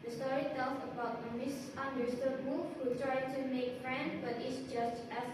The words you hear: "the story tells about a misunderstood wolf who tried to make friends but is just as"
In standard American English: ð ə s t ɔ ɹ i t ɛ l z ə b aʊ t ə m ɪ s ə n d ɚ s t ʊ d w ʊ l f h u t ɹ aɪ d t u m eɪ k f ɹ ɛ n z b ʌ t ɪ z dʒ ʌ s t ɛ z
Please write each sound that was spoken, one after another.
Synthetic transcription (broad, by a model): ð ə s t ɔ ɹ i t ɛ l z ə b aʊ t ə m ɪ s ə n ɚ s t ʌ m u f h u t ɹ aɪ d t u m eɪ k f ɹ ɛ n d b ʌ t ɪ s dʒ ʌ s t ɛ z